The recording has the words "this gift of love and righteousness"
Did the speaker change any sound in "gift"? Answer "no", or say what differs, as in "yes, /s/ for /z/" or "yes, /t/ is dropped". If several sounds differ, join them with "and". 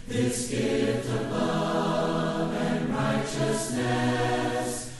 yes, /f/ is dropped